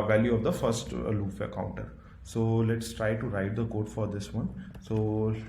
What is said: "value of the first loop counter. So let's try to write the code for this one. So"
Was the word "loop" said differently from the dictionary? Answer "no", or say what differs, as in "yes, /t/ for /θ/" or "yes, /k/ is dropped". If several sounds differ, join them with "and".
yes, /f/ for /p/